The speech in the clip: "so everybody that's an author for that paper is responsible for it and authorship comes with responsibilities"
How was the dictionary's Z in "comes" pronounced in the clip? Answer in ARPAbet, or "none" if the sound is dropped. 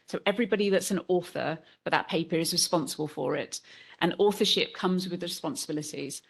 Z